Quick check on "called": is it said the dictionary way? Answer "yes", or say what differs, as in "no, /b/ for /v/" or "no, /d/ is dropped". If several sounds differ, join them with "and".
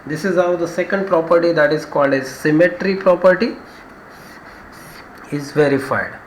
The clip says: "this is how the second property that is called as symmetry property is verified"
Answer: yes